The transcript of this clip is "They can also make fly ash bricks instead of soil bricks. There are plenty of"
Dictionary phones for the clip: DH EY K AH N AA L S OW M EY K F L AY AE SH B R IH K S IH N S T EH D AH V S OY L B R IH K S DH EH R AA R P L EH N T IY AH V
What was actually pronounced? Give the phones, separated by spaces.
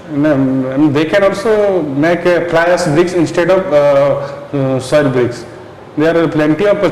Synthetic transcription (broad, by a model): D EY K AH N AA L S OW M EY K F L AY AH S B R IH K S IH N S T EH D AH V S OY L B R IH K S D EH AA R P L EH N T IY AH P